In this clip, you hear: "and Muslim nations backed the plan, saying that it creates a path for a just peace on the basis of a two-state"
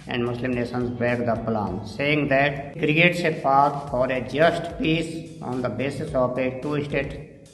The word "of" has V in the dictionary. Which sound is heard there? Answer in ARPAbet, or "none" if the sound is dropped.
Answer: P